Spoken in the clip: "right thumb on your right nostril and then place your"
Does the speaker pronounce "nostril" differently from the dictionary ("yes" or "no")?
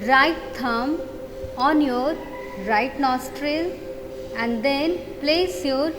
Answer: no